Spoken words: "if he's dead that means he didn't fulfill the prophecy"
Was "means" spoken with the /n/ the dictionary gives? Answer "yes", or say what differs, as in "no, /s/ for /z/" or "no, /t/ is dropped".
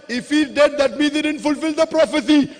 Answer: no, /n/ is dropped